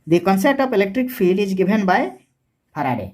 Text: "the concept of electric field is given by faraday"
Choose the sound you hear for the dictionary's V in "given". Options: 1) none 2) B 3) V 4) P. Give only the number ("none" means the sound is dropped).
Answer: 2